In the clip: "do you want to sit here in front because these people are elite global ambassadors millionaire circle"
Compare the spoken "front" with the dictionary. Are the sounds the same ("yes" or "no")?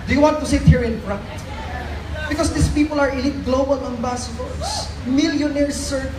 no